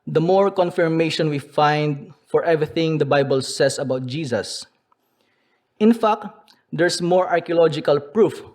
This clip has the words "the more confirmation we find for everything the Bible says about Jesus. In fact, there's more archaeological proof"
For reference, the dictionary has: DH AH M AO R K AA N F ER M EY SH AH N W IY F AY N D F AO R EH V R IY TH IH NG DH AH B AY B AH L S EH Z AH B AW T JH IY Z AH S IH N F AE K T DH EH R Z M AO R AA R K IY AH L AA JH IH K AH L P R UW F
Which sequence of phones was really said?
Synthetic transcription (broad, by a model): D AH M AO R K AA N F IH M EY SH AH N W IY F AY N D F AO R EH V R IY TH IH NG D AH B AY B AH L S EH S AH B AW T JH IY S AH S IH N F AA K T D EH R S M AO R AA R K IY AH L AA JH IH K AH L P R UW F